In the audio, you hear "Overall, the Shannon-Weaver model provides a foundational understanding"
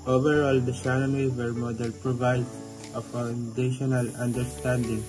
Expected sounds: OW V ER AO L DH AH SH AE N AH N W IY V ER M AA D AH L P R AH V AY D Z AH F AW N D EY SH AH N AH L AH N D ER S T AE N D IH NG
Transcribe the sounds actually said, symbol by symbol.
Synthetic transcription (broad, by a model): OW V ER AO L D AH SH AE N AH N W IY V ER M AA D AH L P R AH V AY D AH F AW N D EY SH AH N AH L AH N D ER S T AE N D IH NG